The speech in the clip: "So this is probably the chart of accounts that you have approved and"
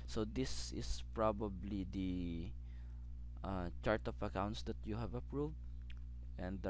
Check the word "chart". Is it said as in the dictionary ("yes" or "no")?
yes